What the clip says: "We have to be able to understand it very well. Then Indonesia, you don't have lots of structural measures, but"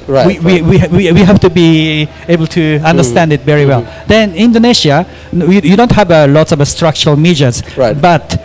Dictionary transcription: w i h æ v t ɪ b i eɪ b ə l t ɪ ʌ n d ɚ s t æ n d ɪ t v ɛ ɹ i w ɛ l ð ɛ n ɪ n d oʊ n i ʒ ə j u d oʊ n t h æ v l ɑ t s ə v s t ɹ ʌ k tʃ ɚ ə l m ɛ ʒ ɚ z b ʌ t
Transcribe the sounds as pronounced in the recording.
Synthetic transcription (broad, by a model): w i h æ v t ɪ b i eɪ b ə l t ɪ ʌ n d ɚ s t æ n d ɪ t v ɛ ɹ i w ɛ l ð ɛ n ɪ n d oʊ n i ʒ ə j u d oʊ n t h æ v l ɑ t s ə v s t ɹ ʌ k tʃ ɚ ə l m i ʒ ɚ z b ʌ t